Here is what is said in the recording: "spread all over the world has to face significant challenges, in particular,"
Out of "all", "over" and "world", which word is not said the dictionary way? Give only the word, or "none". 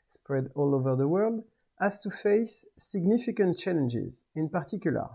none